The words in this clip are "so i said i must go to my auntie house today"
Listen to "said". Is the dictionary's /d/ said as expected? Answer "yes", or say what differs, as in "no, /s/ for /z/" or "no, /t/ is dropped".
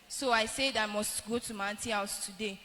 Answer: yes